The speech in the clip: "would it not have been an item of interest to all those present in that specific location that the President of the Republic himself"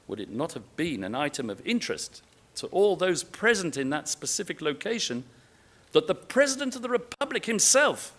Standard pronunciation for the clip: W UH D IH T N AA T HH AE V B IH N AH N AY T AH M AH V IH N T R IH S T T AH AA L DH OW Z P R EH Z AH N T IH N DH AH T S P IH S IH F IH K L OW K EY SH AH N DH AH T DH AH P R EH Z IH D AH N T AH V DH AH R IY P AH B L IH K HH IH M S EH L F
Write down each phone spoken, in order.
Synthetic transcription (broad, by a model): W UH D IH T N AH T HH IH V B IH N AH N AY T AH M AH V IH N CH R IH S T T AA L DH OW Z P R EH Z AH N T IH N DH AH T S P IH S IH F IH K L OW K EY SH AH N DH AH T DH AH P R EH Z IH D AH N T AH V DH AH R IY P AH B L IH K HH IH M S EH L F